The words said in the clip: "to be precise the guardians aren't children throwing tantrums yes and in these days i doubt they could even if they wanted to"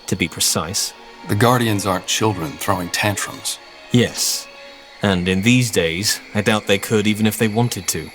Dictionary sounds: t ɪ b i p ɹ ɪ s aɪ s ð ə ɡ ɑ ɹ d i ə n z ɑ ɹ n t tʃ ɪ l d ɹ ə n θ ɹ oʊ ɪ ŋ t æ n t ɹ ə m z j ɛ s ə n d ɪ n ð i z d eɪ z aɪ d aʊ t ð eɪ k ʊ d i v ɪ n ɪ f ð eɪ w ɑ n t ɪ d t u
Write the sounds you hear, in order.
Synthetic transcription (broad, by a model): t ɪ b i p ɹ ɪ s aɪ s ð ə ɡ ɑ ɹ d i ə n z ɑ ɹ tʃ ɪ l d ɹ ə n θ ɹ oʊ ɪ ŋ t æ n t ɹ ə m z j ɛ s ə n ɪ n ð i z d eɪ z aɪ d aʊ t ð eɪ k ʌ d i v ɪ n ɪ f ð eɪ w ɑ n t ɪ d t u